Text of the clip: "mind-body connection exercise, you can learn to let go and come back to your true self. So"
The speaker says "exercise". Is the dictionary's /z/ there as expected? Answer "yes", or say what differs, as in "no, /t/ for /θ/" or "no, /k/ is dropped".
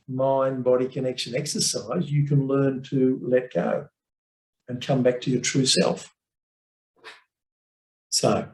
yes